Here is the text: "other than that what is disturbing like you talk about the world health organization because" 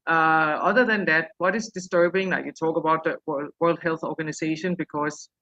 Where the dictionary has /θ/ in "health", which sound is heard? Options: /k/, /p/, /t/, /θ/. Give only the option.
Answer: /θ/